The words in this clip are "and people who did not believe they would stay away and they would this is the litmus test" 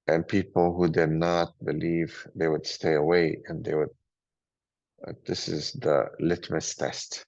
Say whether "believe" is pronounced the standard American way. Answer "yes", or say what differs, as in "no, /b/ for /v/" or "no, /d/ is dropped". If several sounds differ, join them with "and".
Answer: yes